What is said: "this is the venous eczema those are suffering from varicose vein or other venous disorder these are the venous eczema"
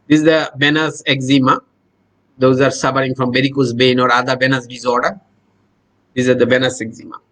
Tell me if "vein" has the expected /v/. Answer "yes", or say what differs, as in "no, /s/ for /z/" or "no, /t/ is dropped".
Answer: no, /b/ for /v/